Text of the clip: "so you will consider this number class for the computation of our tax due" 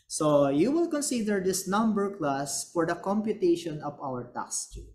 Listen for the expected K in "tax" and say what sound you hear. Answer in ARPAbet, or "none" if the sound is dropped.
none